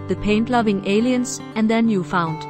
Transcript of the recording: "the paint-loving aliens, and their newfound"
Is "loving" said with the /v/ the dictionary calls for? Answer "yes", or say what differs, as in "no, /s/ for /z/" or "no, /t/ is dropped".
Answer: yes